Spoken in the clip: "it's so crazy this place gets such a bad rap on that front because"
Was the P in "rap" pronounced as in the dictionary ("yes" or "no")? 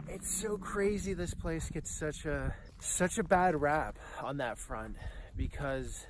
yes